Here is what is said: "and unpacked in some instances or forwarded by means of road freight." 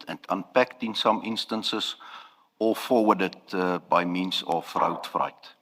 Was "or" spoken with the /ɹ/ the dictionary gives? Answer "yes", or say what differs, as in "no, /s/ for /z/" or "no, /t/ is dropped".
no, /l/ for /ɹ/